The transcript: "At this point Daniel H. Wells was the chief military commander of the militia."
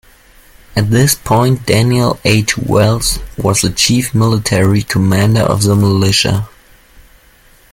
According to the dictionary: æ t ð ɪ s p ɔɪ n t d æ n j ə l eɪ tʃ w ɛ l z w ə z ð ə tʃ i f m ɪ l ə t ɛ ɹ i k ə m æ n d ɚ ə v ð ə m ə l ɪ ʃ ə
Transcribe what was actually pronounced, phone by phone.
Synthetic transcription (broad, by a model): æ t ð ɪ s p ɔɪ n t d æ n j ə l eɪ tʃ w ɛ l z w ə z ð ə tʃ i f m ɪ l ə t ɛ ɹ i k ə m æ n d ɚ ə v ð ə m ə l ɪ ʃ ə